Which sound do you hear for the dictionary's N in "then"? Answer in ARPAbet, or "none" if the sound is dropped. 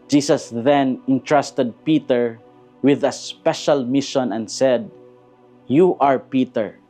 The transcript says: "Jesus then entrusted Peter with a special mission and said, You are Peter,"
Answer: N